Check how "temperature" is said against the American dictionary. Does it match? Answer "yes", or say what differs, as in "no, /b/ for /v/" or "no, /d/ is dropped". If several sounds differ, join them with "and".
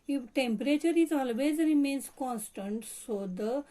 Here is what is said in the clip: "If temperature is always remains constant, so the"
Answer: yes